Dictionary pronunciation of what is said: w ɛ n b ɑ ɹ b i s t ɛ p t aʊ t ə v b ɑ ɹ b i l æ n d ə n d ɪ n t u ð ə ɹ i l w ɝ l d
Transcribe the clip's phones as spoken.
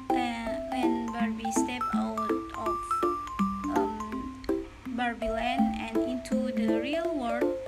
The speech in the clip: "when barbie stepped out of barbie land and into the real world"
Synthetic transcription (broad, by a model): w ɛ n b ɑ ɹ b i s t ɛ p aʊ t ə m b ɑ ɹ b i l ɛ n ə n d ɪ n t u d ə ɹ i l w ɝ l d